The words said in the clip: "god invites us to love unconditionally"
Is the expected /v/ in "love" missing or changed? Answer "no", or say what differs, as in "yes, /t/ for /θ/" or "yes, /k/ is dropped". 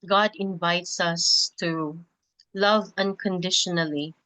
no